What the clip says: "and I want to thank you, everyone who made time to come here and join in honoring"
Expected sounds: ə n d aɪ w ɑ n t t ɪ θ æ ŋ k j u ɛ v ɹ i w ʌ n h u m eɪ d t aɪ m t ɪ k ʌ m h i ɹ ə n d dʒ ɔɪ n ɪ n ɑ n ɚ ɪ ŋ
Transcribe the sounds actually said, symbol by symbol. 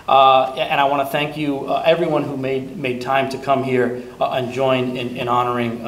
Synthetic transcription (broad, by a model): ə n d aɪ w ɑ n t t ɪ θ æ ŋ k j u ɛ v ɹ i w ʌ n h u m eɪ d t aɪ m t ɪ k ʌ m h i ɹ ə n dʒ ɔɪ n ɪ n ɑ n ɚ ɪ ŋ